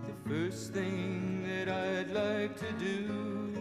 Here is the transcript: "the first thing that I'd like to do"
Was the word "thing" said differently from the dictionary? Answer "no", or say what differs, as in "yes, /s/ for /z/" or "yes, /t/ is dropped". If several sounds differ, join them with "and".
no